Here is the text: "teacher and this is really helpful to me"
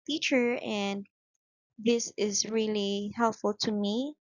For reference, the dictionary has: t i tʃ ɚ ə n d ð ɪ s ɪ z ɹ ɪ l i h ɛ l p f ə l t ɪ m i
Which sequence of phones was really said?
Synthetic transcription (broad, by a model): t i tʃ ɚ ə n ð ɪ s ɪ z ɹ ɪ l i h ɛ l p f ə l t ɪ m i